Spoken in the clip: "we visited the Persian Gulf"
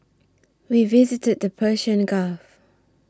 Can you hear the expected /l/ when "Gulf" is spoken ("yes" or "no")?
no